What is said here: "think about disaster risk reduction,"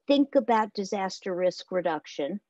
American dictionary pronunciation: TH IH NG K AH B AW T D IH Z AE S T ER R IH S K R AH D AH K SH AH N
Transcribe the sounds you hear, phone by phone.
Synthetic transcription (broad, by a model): TH IH NG K AH B AW T D IH Z AE S T ER R IH S K R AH D AH K SH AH N